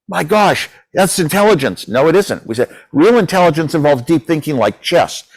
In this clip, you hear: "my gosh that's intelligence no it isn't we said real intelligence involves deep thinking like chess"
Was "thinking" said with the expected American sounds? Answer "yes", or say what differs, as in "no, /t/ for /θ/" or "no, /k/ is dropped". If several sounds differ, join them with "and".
yes